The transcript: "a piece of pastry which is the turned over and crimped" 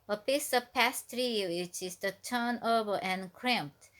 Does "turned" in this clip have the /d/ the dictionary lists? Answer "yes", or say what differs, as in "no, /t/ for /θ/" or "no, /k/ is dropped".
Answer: no, /d/ is dropped